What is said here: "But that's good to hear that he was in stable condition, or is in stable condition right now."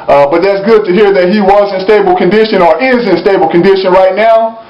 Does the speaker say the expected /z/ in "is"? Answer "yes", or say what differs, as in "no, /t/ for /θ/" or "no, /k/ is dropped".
yes